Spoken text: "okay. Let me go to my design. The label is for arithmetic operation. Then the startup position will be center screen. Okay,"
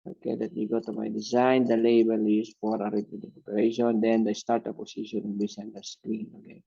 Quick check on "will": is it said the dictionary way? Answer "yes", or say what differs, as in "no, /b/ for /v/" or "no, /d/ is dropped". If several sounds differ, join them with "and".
no, /n/ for /l/